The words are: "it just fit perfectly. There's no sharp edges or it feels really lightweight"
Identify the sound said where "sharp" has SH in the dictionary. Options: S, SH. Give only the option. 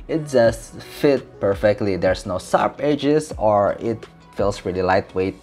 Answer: S